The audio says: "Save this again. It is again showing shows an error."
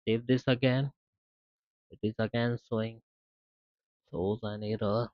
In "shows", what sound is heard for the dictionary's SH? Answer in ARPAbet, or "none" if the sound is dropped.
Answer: S